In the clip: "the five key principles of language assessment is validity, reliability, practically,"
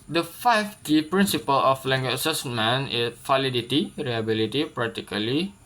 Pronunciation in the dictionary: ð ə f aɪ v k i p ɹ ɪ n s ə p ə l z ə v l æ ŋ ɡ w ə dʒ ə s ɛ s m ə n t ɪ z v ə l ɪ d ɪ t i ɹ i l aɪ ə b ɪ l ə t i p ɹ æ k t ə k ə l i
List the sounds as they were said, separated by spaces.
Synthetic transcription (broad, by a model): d ə f aɪ f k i p ɹ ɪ n s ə p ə l ə f l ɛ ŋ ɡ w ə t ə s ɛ s m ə n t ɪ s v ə l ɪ d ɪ t i ɹ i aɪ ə b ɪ l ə t i p ɹ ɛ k t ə k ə l i